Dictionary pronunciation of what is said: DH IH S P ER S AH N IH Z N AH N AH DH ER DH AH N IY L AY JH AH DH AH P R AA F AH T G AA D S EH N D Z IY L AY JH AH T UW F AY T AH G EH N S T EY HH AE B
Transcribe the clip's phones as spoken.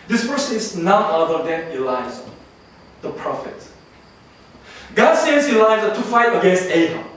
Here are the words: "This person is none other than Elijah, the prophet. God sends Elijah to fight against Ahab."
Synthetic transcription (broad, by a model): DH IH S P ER S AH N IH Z N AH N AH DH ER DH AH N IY L AY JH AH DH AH P R AA F AH T G AA D S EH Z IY L AY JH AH T UW F AY T AH G EH N S T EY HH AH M